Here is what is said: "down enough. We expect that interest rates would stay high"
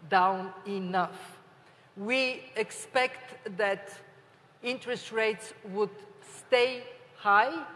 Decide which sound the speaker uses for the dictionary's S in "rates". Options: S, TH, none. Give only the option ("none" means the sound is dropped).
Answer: S